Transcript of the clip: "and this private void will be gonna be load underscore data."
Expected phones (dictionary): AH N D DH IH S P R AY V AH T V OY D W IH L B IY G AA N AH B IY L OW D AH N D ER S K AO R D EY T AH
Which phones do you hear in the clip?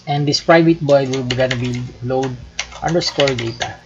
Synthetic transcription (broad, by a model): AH N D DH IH S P R AY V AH T B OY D W IH L B IY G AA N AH B IY L OW D AH N D ER S K AO R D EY T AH